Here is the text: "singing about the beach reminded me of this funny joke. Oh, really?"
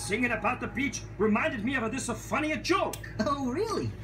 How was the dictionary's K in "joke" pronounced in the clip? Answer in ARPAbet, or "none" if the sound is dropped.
K